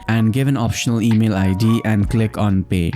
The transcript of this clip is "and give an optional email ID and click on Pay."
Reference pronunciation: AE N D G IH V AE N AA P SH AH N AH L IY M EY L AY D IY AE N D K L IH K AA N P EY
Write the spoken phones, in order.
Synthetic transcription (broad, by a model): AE N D G IH V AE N AA P SH AH N AH L IY M EY L AY D IY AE N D K L IH K AA N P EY